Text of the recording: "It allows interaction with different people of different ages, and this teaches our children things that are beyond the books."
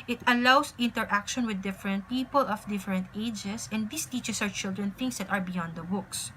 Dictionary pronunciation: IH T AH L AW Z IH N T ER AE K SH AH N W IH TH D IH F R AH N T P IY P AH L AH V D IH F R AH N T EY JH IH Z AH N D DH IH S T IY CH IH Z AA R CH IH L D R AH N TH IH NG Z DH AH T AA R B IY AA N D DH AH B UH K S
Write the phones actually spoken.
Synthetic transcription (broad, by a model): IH T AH L AW S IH N T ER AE K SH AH N W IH D IH F R AH N T P IY P AH L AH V D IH F R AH N T EY JH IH S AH N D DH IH S T IY CH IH S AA W CH IH L D R AH N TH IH NG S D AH T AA R B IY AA N D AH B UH K S